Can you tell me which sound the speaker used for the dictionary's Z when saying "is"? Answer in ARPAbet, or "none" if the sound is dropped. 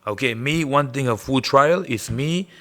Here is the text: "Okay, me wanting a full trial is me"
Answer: S